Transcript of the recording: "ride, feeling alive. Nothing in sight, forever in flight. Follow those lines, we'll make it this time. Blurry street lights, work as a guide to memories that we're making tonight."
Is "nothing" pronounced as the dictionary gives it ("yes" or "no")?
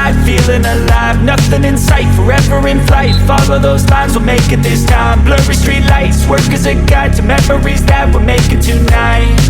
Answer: yes